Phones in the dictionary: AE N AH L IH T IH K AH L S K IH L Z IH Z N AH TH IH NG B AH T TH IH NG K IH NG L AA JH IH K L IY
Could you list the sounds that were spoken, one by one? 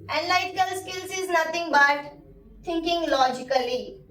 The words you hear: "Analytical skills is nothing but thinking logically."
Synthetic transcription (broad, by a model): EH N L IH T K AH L S K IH L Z IH Z N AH T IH NG B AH T T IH NG K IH NG L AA JH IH K L IY